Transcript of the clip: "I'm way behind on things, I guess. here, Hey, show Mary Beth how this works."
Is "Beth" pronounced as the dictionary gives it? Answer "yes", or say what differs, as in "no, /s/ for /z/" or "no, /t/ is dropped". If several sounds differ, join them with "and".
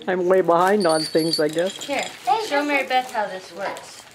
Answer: no, /t/ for /θ/